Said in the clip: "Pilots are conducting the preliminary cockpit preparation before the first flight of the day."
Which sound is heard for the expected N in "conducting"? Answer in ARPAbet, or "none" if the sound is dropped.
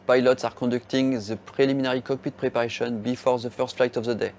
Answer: none